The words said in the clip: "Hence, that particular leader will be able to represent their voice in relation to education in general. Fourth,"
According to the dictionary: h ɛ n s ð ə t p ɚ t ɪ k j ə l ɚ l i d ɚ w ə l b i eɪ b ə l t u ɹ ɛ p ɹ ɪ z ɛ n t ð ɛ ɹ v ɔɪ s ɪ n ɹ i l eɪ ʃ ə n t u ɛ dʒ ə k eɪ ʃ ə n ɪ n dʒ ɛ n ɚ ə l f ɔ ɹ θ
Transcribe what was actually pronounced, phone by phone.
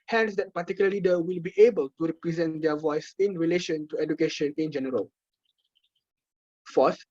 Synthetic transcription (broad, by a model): h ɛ n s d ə t p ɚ t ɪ k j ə l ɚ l i d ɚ w ə l b i eɪ b ə l t u ɹ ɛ p ɹ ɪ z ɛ n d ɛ v ɔɪ s ɪ n ɹ i l eɪ ʃ ə n t u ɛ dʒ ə k eɪ ʃ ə n ɪ n dʒ ɛ n ɚ ə l f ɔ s